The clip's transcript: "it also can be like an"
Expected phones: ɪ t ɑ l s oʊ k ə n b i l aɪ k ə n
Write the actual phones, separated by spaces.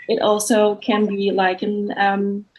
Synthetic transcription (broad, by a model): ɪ t ɑ l s oʊ k ə n b i l aɪ k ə n